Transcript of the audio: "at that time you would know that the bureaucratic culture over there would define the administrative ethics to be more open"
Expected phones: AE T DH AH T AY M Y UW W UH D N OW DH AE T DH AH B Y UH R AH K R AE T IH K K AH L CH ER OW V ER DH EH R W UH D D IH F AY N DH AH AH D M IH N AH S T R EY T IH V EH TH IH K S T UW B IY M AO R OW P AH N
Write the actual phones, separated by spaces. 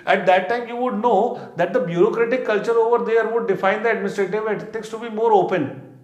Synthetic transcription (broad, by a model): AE T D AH T AY M Y UW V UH D N OW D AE T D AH B Y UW R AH K R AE T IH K K AH L CH ER OW V ER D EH R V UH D D IH F AY N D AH AH D M IH N AH S T R EY T IH V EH T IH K S T UW B IY M AO R OW P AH N